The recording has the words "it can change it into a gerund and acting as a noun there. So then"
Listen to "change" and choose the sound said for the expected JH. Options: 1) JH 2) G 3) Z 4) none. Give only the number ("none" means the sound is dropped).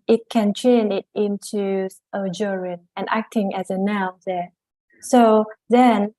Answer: 4